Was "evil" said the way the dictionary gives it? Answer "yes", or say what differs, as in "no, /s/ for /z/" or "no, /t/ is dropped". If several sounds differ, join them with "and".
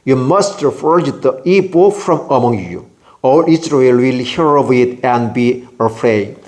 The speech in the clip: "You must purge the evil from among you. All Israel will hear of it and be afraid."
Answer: no, /p/ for /v/